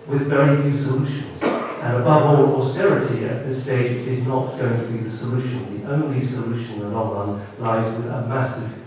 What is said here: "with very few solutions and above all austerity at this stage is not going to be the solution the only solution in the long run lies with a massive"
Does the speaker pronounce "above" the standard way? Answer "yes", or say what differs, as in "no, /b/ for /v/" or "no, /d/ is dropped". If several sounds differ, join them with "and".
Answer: yes